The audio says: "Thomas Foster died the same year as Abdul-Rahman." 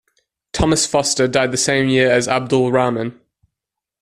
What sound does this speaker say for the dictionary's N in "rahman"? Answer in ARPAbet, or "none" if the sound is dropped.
N